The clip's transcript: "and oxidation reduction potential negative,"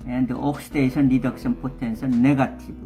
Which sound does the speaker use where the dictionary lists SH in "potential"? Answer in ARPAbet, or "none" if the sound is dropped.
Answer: S